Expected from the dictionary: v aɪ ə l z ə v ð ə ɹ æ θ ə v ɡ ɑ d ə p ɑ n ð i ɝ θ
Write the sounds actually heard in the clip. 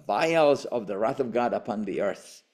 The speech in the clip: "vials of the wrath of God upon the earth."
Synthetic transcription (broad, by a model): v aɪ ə l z ə v ð ə ɹ æ θ ə v ɡ ɑ d ə p ɑ n ð i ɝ θ